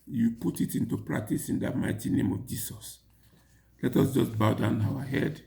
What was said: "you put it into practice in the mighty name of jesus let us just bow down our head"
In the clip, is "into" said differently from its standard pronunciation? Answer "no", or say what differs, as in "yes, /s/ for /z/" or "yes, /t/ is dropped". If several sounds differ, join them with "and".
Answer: no